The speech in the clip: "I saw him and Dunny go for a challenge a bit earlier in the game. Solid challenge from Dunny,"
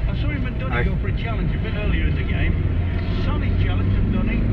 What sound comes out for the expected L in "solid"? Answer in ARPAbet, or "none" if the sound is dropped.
N